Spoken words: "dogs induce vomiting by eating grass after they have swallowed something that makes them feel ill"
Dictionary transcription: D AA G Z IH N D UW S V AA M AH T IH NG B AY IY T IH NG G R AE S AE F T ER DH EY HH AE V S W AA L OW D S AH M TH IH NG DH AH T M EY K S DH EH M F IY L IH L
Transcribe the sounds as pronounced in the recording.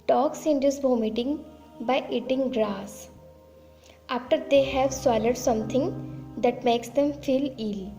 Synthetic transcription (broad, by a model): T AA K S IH N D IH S B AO M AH T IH NG B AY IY T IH NG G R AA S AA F T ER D EY HH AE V S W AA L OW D S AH M T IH NG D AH T M EY K S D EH M F IY L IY L